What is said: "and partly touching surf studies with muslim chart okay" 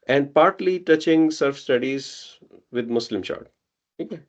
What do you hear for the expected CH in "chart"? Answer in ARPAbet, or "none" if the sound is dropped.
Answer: SH